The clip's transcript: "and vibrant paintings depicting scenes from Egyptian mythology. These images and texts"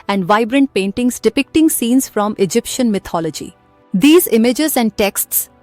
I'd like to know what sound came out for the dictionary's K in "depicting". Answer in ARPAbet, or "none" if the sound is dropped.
K